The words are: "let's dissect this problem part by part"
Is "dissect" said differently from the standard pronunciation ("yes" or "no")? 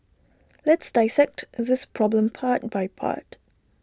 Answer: no